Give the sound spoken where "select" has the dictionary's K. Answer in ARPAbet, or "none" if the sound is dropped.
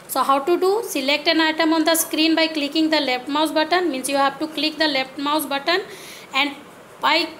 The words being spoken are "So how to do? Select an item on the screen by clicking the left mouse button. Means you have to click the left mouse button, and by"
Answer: K